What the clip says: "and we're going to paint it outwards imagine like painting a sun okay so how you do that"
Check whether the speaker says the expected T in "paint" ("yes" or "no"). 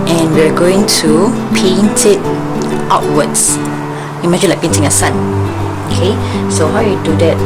yes